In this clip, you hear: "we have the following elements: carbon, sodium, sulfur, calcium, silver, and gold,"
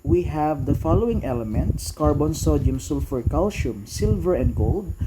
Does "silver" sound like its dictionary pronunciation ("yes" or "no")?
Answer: yes